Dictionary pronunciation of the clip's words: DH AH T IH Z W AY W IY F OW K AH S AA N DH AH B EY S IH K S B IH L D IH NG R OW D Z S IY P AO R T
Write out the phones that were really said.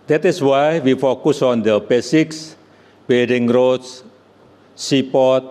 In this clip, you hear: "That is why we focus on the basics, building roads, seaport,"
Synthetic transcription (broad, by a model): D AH T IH S W AY W IY F OW K AH S AA N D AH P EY S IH K S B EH D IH NG R OW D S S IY P AO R T